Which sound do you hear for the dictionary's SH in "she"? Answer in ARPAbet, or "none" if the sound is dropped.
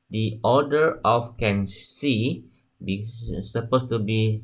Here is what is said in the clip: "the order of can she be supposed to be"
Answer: S